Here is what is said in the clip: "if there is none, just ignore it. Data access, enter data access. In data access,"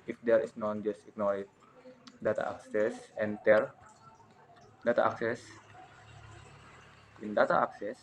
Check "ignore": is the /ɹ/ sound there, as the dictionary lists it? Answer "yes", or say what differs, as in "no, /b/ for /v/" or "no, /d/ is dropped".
no, /l/ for /ɹ/